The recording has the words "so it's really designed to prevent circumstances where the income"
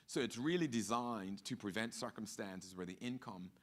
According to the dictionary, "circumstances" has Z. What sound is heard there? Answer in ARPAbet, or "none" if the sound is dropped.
Z